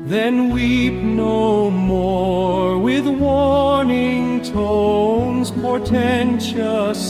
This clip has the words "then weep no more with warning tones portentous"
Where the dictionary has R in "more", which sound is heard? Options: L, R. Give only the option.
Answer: R